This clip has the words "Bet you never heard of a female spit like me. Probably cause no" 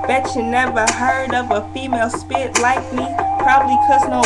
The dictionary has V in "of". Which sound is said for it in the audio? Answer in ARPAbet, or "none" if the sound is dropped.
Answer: P